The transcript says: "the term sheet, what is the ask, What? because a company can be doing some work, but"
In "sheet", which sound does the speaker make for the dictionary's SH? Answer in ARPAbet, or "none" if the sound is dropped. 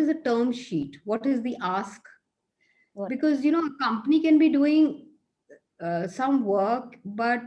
SH